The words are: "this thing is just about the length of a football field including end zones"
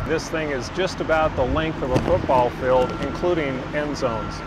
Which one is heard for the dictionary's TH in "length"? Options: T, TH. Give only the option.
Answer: TH